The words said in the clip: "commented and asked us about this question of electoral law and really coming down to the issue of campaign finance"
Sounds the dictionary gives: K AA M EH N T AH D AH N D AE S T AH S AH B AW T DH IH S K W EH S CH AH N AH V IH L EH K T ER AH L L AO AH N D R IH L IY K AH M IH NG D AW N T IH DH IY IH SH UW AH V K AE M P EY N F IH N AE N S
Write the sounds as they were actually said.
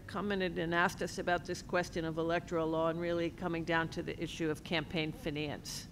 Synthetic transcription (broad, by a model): K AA M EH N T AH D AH N AE S T AH S AH B AW T DH IH S K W EH S CH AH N AH V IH L EH K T ER L L AO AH N R IH L IY K AH M IH NG D AW N T IH DH IY IH SH UW AH V K AE M P EY N F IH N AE N S